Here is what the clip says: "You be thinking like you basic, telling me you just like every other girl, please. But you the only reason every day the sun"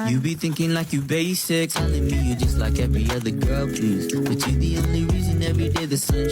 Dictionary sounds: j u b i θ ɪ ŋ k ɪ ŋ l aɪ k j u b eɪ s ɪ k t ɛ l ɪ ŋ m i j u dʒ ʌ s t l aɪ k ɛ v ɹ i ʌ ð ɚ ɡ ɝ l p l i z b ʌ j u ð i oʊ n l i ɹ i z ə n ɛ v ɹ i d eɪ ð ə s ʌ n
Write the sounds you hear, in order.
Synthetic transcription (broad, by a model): j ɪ b i θ ɪ ŋ k ɪ ŋ l aɪ k j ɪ b eɪ s ɪ k s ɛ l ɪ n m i j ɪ dʒ ʌ s t l aɪ k ɛ v ɹ i ʌ ð ɚ ɡ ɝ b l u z b ʌ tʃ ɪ ð i oʊ n l i ɹ i z ə n ɛ v ɹ i d eɪ ð ə s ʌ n